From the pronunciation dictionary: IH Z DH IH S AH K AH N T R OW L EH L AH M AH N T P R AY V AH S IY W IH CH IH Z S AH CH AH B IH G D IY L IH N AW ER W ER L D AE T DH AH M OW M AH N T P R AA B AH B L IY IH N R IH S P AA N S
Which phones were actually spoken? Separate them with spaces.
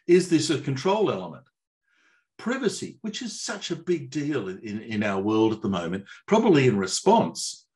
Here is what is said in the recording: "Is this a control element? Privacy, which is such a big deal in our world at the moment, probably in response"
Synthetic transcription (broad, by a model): IH Z DH IH S AH K N T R OW L EH L AH M AH N T P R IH V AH S IY W IH CH IH Z S AH CH AH B IH G D IY L IH N AW ER W ER L D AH T DH AH M OW M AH N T P R AA B AH B L IY IH N R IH S P AA N S